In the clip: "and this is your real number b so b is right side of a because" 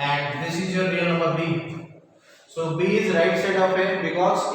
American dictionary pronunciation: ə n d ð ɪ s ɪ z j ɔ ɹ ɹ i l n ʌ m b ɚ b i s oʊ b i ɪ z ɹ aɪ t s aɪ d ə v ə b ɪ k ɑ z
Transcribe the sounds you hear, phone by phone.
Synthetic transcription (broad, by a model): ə n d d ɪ s ɪ z j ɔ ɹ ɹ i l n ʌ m ɚ b i s oʊ b i ɪ z ɹ aɪ t s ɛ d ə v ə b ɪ k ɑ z